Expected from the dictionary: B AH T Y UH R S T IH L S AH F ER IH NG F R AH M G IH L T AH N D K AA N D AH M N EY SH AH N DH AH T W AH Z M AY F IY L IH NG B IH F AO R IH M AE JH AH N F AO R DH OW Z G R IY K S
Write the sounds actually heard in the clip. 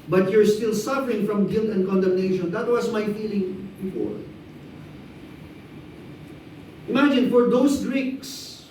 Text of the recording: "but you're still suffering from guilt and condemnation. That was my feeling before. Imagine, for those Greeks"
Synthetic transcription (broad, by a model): B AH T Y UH R S T IH L S AH F ER IH NG F R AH M G IH L T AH N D K AA N D AH M N EY SH AH N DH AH T W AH S M AY F IY L IH NG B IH F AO R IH M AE JH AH N F AO R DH OW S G R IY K S